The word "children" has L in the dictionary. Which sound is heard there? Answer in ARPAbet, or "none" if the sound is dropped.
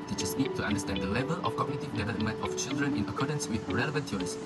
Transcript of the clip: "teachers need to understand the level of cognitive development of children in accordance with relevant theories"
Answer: L